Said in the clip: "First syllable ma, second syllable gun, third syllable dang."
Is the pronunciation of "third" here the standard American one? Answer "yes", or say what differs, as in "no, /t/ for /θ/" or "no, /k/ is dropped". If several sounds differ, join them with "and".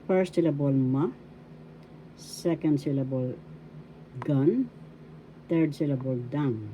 no, /t/ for /θ/